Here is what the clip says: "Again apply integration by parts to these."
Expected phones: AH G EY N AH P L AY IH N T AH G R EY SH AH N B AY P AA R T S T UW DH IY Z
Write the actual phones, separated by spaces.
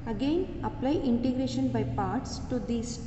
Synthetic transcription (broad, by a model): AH G EY N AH P L AY IH N T AH G R EY SH AH N B AY P AA R T S T UW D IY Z